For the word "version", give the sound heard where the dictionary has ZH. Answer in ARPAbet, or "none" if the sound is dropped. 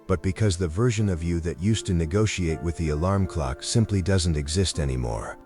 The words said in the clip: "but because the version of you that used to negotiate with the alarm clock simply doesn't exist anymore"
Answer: ZH